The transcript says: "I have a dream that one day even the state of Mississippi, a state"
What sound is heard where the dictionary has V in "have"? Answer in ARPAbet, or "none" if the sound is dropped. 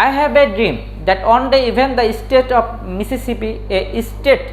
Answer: B